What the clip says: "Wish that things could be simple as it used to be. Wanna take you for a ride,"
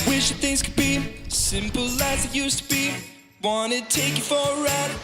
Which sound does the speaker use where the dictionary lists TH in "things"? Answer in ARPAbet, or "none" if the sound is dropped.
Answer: TH